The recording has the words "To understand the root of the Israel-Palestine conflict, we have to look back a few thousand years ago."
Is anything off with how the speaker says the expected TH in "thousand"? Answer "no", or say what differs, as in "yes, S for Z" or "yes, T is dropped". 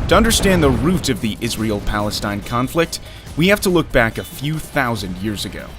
no